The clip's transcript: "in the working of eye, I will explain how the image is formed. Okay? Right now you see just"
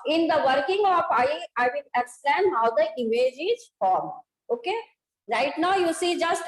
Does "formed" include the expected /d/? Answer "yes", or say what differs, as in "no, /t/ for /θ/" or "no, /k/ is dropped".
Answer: no, /d/ is dropped